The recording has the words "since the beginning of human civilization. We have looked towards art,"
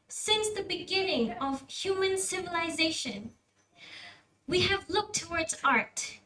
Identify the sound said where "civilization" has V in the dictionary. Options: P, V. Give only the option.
V